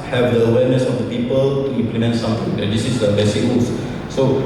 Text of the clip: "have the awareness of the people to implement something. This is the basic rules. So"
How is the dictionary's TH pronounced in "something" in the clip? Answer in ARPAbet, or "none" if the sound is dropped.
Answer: T